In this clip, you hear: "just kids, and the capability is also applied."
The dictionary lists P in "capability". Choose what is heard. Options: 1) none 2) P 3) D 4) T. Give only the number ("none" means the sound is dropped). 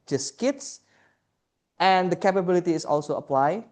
2